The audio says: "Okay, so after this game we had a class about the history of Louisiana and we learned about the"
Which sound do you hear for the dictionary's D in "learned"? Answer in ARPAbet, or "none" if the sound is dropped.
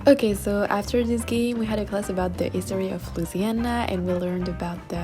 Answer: D